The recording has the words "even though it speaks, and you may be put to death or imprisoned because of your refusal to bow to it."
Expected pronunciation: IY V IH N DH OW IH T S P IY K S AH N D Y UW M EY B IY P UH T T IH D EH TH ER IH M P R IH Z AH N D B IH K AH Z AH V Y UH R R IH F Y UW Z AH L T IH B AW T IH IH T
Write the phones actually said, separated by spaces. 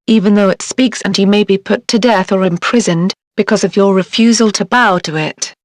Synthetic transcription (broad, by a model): IY V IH N DH OW IH T S P IY K S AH N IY M EY B IY P UH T T IH D EH TH ER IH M P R IH Z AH N B IH K AH Z AH V Y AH R R IH F Y UW Z AH L T IH B AW T IH IH T